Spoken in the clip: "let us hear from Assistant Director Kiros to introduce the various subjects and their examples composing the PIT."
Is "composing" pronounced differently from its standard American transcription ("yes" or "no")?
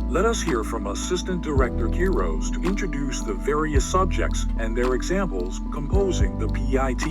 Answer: no